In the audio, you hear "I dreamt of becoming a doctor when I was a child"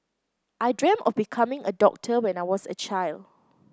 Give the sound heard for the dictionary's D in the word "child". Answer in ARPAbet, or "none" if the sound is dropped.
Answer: D